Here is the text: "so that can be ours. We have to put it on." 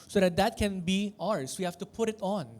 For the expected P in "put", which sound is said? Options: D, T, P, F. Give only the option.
P